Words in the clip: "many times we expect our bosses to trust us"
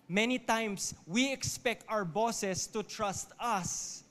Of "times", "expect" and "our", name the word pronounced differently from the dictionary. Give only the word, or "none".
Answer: times